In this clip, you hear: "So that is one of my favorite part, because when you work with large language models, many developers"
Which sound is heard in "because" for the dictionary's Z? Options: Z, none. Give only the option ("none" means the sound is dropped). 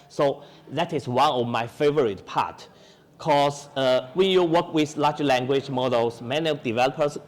none